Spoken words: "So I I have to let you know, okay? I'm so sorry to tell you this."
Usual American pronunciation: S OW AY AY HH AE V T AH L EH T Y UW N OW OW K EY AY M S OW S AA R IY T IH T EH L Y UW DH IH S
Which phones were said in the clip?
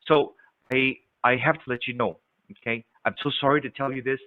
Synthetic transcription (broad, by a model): S OW AY AY HH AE F T AH L EH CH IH N OW OW K EY AY M S OW S AA R IY T IH T EH L Y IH DH IH S